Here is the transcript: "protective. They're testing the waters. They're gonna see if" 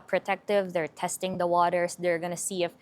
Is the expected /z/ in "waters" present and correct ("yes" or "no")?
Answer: no